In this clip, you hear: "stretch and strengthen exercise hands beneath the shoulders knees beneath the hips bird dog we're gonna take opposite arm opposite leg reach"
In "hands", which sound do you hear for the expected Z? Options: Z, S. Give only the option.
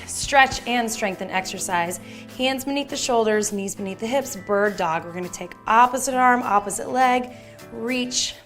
Z